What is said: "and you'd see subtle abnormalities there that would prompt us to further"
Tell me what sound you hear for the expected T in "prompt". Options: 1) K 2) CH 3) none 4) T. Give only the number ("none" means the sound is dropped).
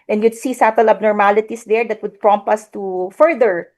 3